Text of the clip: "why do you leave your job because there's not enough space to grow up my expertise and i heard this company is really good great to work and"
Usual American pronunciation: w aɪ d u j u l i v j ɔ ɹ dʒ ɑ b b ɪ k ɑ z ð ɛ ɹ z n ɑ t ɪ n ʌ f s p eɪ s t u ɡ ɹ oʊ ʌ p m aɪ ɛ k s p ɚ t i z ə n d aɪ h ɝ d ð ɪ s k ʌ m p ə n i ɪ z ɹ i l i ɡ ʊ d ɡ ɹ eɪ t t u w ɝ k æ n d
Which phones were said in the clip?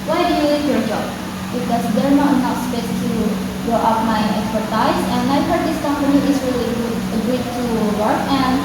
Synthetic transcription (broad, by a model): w aɪ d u j u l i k j ɔ ɹ dʒ ɑ b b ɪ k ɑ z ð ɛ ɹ n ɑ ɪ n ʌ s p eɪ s t u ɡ oʊ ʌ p m aɪ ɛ k s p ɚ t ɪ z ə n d aɪ h ɝ d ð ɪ s k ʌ m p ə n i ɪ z ɹ i l i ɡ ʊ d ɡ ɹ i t t u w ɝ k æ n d